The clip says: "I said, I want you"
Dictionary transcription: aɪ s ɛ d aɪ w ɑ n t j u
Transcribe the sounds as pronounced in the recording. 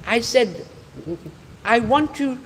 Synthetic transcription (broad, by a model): aɪ s ɛ d aɪ w ɑ n t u